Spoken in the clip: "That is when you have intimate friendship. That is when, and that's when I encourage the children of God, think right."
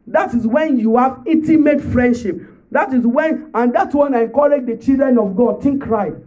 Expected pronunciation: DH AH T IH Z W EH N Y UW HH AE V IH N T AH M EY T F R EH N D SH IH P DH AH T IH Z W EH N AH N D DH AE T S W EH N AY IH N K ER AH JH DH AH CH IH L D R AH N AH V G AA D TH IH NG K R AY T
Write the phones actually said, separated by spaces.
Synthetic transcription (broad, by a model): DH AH T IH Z W EH N Y UW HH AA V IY T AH M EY T F R EH N D SH IH P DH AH T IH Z W EH N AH N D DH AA T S W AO N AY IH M K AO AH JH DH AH CH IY L D R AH N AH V G AA D T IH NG K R AY